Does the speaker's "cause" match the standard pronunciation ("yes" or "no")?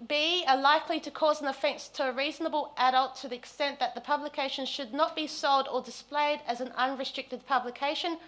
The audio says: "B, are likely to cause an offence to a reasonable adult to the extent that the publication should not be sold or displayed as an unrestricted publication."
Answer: yes